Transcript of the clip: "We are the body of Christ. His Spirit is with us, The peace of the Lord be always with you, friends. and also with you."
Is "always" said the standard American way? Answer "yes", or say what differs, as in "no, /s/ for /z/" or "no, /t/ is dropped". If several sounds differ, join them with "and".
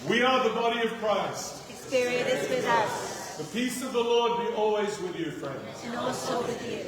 yes